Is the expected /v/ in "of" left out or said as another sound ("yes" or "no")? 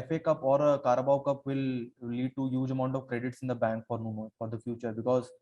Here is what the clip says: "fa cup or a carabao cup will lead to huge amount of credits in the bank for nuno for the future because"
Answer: no